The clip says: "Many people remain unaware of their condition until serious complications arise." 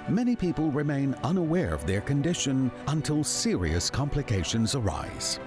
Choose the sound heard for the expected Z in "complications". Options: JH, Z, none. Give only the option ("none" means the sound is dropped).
Z